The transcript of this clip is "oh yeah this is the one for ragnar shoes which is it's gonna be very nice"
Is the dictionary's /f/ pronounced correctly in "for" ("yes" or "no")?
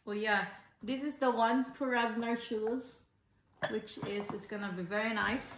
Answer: no